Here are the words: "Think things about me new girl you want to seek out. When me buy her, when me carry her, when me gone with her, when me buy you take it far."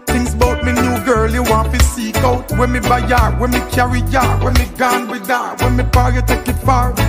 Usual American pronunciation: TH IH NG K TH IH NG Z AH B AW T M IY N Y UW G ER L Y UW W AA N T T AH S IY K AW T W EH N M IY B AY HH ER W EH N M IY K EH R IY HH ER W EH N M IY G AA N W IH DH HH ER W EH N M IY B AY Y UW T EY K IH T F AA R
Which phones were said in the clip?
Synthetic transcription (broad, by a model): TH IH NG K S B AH UH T M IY N Y UW G ER L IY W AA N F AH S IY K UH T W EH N M IY B AY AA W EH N M IY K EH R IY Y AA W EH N M IY G AA N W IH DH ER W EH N M IY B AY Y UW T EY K IH T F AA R